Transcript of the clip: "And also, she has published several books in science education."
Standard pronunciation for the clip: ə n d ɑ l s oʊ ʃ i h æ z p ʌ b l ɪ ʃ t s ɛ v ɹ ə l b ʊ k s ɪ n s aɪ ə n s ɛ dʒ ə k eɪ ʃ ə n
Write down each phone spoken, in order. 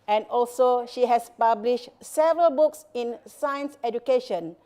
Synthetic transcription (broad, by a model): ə n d ɑ l s oʊ ʃ i h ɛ s p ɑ b l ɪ ʃ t s ɛ v ɹ ə l b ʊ k s ɪ n s aɪ ə n s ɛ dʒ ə k eɪ ʃ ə n